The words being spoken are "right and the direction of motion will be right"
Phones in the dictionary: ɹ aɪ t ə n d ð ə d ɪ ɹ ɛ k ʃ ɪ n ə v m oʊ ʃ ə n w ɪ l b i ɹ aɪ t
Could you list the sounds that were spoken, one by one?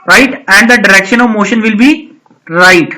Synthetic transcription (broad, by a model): ɹ aɪ t ə n d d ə d ɪ ɹ ɛ k ʃ ɪ n ə v m oʊ ʃ ə n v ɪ l b i ɹ aɪ t